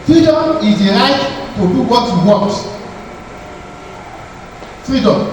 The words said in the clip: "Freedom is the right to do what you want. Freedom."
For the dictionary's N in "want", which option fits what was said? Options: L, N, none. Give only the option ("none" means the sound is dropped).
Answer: none